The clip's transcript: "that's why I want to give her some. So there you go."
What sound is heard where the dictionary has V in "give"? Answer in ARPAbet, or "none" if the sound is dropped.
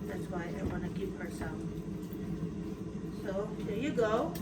P